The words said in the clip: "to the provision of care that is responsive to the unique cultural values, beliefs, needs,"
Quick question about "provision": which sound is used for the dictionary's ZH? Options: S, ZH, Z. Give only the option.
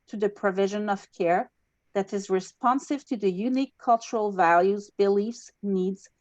ZH